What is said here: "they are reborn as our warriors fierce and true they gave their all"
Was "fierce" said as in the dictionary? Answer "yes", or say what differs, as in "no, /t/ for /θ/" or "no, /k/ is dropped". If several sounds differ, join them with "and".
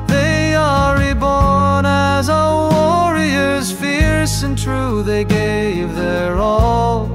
yes